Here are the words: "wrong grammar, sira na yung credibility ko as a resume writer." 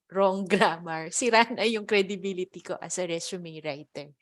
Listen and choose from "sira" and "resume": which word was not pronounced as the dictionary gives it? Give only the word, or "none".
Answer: resume